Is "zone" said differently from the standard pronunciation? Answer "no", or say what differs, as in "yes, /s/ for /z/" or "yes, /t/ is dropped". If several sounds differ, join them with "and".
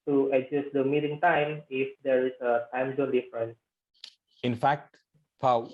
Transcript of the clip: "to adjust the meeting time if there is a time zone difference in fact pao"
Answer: yes, /l/ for /n/